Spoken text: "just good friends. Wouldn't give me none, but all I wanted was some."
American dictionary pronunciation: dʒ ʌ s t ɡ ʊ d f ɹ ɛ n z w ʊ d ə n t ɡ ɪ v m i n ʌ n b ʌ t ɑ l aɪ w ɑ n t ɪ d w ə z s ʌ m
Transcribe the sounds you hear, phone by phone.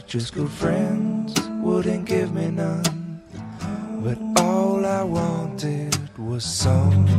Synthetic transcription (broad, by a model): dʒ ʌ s ɡ ʊ d f ɹ ɛ n z w ʊ d n ɡ ɪ v m i n ʌ n b ʌ t ɑ l aɪ w ɑ n t ɪ d w ə z s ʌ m